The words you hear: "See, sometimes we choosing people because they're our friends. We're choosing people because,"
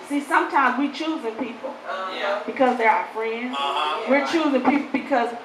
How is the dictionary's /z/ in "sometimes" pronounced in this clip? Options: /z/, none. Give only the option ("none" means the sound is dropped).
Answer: /z/